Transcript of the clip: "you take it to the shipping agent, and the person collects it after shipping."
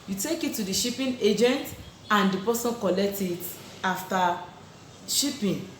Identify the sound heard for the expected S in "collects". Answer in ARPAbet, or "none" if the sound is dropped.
none